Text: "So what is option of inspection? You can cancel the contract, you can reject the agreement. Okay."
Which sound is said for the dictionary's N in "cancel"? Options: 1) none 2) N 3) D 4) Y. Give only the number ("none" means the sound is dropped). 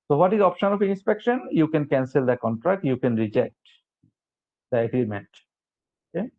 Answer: 2